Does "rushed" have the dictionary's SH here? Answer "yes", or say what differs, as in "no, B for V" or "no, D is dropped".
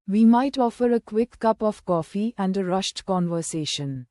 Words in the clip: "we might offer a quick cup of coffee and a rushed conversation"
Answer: yes